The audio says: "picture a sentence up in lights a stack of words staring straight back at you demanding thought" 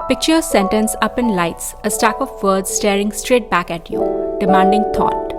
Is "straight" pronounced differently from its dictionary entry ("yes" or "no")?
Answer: no